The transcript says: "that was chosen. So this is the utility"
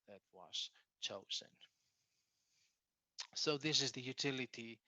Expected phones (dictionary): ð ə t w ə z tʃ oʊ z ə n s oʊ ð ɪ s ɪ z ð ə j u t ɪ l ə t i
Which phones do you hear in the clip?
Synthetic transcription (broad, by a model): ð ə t w ə z tʃ oʊ z ə n s oʊ ð ɪ s ɪ z ð ə j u t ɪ l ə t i